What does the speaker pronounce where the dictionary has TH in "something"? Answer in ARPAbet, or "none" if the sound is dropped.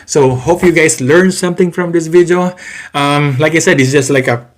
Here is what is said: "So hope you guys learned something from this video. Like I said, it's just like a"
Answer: T